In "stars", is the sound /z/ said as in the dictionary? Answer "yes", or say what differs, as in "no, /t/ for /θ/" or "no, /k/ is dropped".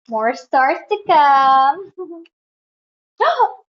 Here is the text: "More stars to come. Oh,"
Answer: no, /s/ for /z/